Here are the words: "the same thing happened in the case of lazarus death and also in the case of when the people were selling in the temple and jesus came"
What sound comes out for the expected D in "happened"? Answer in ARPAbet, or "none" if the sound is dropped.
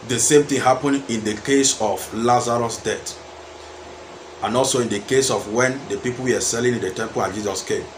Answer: none